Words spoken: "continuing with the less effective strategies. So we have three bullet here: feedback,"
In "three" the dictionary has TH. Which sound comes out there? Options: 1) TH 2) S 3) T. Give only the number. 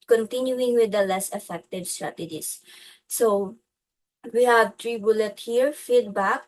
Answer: 3